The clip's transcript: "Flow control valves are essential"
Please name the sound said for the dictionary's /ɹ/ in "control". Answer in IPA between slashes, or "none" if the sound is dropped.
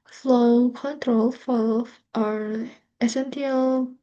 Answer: /ɹ/